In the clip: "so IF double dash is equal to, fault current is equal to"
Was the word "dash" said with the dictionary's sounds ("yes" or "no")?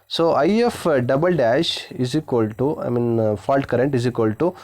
yes